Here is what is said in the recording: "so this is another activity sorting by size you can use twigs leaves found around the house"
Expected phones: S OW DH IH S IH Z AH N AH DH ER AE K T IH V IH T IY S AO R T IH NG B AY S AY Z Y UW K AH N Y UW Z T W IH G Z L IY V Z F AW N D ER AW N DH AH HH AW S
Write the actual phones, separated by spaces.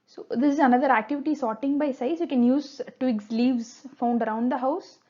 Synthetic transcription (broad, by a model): S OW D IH S IH Z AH N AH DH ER AE K T IH V IH T IY S AO R T IH NG B AY S AY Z Y UW K AH N Y UW Z T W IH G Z L IY V Z F AW N D ER AW N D AH HH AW S